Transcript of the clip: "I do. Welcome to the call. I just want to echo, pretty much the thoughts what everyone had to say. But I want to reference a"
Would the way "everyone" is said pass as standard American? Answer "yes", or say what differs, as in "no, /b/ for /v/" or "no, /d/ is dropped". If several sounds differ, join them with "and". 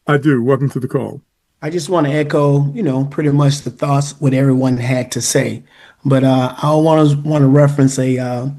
yes